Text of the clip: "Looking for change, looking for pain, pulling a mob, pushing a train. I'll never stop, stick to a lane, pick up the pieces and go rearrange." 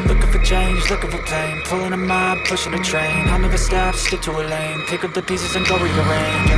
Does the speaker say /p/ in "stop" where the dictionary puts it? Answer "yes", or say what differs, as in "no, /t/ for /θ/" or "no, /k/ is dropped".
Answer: no, /f/ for /p/